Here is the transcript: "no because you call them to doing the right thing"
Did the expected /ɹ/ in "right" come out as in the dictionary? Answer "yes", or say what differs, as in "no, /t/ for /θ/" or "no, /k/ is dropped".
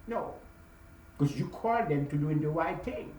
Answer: no, /w/ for /ɹ/